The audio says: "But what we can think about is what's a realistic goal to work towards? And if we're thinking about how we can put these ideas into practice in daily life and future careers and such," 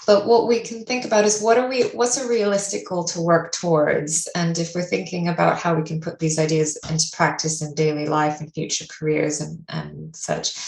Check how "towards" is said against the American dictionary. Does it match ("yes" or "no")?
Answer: yes